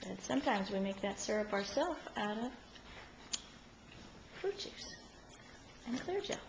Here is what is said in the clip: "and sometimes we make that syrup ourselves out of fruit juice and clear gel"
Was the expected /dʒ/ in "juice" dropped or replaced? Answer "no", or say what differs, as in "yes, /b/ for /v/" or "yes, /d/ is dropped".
yes, /tʃ/ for /dʒ/